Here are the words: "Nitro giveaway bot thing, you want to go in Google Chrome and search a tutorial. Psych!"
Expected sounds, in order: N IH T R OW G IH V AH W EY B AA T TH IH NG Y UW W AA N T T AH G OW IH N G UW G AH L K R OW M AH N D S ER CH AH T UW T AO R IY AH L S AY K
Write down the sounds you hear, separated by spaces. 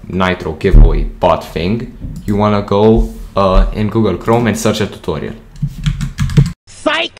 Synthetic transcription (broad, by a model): N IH T R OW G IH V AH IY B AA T F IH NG Y UW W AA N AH G OW IH N G UW G AH L K R OW M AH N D S ER CH AH T UW T AO R IY AH L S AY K